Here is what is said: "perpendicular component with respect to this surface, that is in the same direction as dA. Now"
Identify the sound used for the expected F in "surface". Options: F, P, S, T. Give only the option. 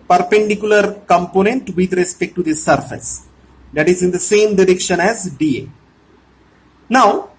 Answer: F